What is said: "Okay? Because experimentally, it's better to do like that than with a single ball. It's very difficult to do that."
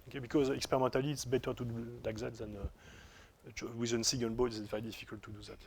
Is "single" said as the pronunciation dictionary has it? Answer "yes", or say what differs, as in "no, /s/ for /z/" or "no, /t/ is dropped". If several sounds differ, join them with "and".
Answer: no, /ŋ/ is dropped and /n/ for /l/